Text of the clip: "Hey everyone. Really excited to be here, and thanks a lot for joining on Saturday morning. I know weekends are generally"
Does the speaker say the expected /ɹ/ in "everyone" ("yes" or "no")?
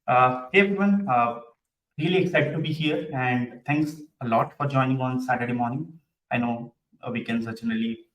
no